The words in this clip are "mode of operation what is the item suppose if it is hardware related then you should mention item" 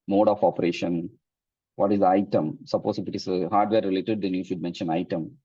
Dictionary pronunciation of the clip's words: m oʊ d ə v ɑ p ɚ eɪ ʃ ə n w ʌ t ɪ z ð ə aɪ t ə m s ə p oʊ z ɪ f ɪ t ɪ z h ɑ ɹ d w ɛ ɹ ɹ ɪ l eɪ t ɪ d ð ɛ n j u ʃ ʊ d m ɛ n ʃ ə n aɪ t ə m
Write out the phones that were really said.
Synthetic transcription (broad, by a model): m oʊ d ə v ɑ p ɚ eɪ ʃ ə n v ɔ t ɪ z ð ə aɪ t ə m s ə p oʊ s ɪ f ɪ t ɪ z h ɑ ɹ d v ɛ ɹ ɹ ɪ l eɪ t ɪ d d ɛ n j u ʃ ʊ d m ɛ n ʃ ə n aɪ t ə m